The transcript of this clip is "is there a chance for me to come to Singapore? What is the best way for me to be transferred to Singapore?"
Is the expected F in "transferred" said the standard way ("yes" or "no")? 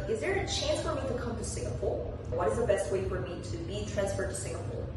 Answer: yes